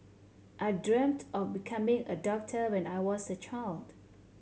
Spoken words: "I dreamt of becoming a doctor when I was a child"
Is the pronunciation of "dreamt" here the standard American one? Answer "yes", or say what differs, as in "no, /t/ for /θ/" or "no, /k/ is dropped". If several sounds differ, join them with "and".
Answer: yes